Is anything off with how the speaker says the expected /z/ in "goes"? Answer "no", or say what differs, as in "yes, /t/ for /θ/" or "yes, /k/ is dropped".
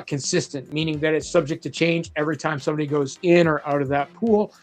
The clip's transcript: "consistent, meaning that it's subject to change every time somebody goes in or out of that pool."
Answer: no